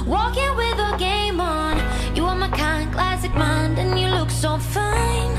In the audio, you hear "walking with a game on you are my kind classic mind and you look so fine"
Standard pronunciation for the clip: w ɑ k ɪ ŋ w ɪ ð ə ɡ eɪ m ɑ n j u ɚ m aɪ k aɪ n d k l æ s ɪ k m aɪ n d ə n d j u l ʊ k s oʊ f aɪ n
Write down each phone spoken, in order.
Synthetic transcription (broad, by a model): w ɑ k ɪ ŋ w ɪ ð ə ɡ eɪ m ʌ n j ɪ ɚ m aɪ k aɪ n k l æ s ɪ k m aɪ n d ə n j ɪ l ʊ k s oʊ f aɪ n